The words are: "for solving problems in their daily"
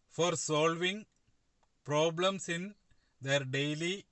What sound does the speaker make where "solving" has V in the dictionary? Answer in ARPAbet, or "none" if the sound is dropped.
V